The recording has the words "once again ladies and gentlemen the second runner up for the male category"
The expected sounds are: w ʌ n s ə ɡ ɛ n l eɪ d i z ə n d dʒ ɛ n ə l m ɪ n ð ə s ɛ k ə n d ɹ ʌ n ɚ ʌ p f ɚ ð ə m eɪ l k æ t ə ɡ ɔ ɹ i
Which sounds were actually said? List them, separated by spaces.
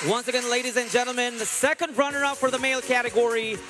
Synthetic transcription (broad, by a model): w ʌ n s ə ɡ ɛ n l eɪ d i z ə n dʒ ɛ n l m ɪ n ð ə s ɛ k ə n d ɹ ʌ n ɚ ʌ p f ɚ ð ə m eɪ l k æ t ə ɡ ɔ ɹ i